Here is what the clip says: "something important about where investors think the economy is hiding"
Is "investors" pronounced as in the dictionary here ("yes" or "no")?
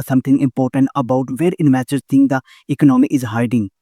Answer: no